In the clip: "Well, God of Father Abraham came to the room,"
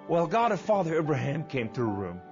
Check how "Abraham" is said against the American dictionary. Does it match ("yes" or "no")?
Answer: yes